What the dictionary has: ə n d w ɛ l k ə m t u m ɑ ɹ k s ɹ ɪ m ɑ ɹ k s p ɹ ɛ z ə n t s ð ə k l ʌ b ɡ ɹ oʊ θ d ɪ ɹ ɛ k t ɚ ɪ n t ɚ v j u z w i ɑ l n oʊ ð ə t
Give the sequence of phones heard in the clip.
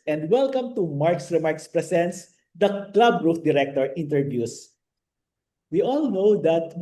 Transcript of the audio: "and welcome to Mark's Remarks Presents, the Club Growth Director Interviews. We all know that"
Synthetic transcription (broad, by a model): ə n d w ɛ l k ə m t u m ɑ ɹ k s ɹ ɪ m ɑ ɹ k s p ɹ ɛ s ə n t s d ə k l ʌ b ɹ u f d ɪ ɹ ɛ k t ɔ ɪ n t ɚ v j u s w i ɑ l n oʊ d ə t